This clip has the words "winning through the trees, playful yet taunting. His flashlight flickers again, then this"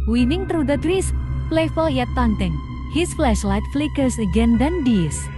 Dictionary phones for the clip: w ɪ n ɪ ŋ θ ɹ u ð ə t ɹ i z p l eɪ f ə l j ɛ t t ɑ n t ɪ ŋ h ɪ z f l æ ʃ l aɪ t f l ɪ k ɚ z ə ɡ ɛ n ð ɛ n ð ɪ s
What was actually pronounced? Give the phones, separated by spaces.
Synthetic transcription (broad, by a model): w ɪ n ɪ ŋ t ɹ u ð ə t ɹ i s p l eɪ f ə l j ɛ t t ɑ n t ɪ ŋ h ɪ s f l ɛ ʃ l aɪ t f l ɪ k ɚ s ə ɡ ɛ n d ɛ n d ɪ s